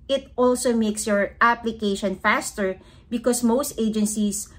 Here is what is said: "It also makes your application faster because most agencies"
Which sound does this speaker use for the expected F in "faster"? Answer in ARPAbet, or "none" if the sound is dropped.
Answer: F